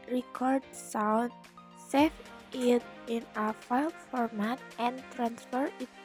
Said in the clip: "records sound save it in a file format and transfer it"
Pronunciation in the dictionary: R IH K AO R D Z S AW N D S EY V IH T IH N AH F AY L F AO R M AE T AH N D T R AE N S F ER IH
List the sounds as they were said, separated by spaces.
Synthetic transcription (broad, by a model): R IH K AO R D S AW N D S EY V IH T IH N AH F AY L F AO R M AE T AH N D T R AE N S F ER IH